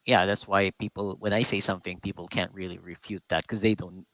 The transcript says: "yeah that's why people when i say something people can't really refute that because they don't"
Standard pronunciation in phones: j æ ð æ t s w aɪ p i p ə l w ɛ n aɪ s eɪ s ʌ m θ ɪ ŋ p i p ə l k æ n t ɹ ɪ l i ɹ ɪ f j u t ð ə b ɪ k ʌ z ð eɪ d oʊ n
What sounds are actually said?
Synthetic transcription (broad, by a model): j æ ð æ t s w aɪ p i p l w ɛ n aɪ s eɪ s ʌ m θ ɪ ŋ p i p l k æ n t ɹ ɪ l i ɹ ɪ f j u t ð ə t k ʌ z ð eɪ d oʊ n